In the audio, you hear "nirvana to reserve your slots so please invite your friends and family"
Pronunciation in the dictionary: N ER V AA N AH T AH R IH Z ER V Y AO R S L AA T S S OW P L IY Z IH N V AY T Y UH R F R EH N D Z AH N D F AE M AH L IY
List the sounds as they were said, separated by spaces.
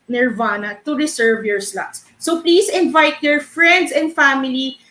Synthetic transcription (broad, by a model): N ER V AA N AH T AH R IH S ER V Y AO R S L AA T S S OW P L IY S IH N V AY T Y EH R F R EH N D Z AH N D F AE M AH L IY